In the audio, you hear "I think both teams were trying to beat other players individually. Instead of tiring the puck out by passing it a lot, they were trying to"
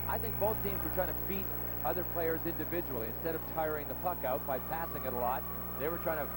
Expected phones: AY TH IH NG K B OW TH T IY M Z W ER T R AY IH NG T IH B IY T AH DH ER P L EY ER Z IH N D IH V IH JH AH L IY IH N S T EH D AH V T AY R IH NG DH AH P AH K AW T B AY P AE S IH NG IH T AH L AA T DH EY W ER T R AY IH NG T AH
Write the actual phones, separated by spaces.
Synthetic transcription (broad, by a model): AY TH IH NG K B OW TH T IY M Z W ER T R AY IH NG T IH B IY T AH DH ER P L EY ER Z IH N D IH V IH JH AH L IY IH N S T EH D AH V T AY R IH NG DH AH P AH K AW T B AY P AE S IH NG IH T AH L AA T DH EY W ER T R AY IH NG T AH